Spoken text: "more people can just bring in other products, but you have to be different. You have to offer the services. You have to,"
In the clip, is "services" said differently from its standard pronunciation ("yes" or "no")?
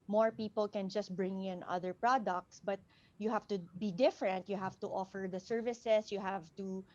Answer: yes